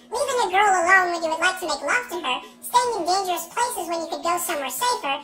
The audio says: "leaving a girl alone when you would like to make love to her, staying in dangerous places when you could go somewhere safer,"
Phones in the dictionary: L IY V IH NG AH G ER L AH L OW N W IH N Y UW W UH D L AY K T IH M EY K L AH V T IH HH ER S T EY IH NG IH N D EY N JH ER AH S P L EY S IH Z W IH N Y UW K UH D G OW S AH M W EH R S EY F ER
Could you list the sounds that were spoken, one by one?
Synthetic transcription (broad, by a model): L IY V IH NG AH G ER L AH L OW N W IH N Y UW W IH D L AY K T IH M EY K L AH F T IH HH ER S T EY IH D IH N D EY N JH ER AH S P L EY S IH Z W IH N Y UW K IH D G OW S AH M W EH R S EY F ER